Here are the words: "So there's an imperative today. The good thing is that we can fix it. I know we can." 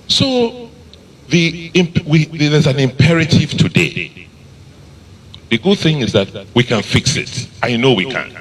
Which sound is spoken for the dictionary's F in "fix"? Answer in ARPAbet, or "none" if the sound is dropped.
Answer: F